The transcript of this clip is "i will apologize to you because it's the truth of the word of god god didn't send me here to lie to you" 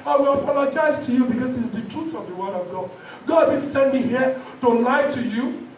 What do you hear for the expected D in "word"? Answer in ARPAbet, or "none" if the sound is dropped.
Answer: D